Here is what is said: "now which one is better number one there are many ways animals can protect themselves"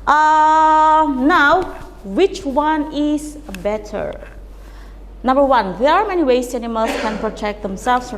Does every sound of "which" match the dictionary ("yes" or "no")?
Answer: yes